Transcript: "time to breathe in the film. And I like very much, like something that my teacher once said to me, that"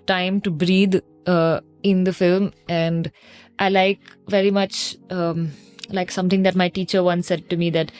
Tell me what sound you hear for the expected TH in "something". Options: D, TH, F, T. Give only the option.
T